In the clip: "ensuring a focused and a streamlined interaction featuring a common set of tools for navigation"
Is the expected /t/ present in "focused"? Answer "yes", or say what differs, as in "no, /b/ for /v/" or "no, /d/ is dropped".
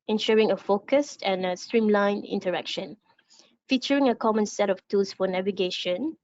yes